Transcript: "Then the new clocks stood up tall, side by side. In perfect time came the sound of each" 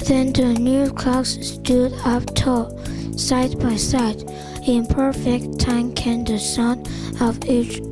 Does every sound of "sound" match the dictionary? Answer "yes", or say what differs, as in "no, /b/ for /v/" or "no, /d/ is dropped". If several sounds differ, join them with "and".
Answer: no, /d/ is dropped